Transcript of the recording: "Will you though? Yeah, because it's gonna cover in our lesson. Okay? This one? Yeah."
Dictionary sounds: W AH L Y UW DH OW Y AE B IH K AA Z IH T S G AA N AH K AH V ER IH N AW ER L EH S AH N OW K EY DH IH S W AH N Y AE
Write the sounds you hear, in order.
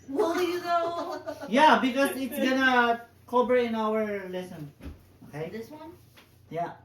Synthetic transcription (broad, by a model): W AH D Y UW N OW Y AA B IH K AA S IH T S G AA N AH K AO B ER IH N AW ER L EH S AH N OW K EY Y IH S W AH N Y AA